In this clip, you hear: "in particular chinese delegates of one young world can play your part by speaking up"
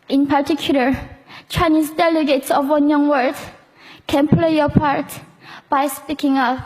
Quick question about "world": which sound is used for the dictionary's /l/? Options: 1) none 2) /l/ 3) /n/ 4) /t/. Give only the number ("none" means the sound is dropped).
1